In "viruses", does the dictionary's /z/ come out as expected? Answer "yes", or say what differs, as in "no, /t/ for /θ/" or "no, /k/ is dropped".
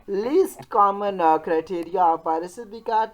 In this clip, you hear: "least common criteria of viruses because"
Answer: no, /z/ is dropped